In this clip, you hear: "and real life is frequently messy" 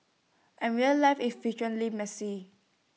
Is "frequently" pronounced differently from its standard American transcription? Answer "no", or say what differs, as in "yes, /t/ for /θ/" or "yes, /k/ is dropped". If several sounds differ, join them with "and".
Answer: yes, /ɹ/ is dropped